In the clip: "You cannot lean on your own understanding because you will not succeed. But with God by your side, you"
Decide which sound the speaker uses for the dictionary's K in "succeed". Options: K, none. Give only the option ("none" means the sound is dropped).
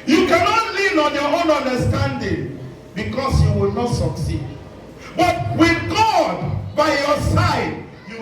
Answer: K